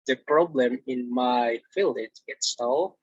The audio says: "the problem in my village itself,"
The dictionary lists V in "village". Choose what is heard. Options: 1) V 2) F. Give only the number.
2